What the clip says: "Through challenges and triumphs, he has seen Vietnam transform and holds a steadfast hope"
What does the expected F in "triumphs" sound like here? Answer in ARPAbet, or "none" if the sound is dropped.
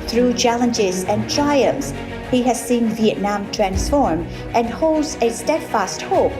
none